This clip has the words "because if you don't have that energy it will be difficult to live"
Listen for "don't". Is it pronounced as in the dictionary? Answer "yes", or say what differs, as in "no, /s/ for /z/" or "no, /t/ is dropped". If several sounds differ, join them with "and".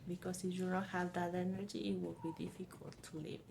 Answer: no, /l/ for /n/